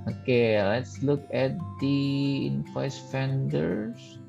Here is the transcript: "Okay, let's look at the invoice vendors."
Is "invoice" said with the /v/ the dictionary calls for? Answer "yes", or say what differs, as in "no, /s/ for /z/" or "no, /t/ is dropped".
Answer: no, /p/ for /v/